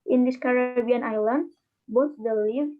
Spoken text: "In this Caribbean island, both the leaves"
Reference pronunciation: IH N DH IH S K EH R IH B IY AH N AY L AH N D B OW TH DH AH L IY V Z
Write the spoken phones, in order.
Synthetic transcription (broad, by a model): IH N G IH SH K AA R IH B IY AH N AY L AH N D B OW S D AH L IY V